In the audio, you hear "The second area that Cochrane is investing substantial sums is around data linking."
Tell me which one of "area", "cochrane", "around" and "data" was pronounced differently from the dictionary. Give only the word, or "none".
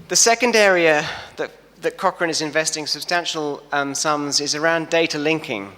none